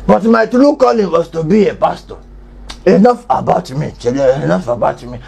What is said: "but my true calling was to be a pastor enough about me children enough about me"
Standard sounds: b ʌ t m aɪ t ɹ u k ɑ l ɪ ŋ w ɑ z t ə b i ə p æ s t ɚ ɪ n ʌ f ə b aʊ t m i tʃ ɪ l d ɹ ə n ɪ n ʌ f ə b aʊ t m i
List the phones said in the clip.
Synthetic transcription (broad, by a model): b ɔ t m aɪ t ɹ u k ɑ l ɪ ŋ w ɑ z t ə b i ə p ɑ s t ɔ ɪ n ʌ f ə b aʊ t m i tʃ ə ɪ n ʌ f ə b aʊ t m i